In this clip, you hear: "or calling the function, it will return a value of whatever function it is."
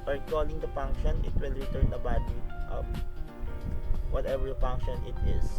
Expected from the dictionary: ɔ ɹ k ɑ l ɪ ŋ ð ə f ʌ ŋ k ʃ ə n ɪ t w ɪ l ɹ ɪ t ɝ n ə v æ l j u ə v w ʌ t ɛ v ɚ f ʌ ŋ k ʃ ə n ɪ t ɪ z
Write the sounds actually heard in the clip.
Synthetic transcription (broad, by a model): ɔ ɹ k ɑ l ɪ ŋ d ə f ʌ ŋ k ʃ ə n ɪ t w ɪ l ɹ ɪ t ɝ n ə b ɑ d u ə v w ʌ t ɛ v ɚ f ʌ ŋ k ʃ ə n ɪ t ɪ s